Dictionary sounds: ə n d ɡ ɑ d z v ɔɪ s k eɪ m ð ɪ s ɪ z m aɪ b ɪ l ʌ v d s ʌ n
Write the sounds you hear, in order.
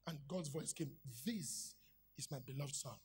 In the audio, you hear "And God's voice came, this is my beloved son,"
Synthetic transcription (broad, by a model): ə n ɡ ɑ d z v ɔɪ s k eɪ m ð ɪ s ɪ z m aɪ b ɪ l ʌ v d s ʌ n